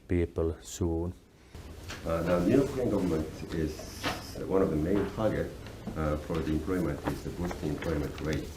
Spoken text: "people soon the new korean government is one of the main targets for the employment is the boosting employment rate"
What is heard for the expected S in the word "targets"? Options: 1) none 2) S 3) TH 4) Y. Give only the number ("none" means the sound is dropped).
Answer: 1